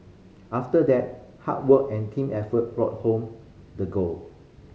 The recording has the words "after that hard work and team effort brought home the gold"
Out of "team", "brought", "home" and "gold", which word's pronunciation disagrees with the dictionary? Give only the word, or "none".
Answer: gold